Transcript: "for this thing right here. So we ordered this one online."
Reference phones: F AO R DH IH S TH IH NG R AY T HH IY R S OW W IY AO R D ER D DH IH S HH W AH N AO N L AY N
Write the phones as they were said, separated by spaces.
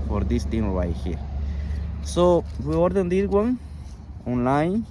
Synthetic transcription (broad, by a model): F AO R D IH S T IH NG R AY HH IY R S OW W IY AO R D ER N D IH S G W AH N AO N L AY N